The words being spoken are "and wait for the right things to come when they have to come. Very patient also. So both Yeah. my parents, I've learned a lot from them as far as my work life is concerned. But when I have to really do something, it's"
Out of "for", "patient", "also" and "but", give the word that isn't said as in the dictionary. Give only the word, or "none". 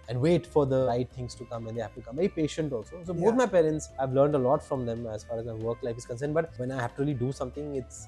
none